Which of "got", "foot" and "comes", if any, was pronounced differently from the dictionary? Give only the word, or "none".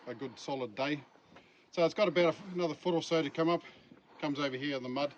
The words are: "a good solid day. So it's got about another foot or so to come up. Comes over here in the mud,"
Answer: none